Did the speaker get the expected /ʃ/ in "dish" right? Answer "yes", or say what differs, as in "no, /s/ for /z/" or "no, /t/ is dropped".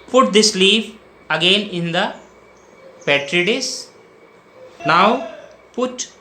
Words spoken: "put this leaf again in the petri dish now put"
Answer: no, /s/ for /ʃ/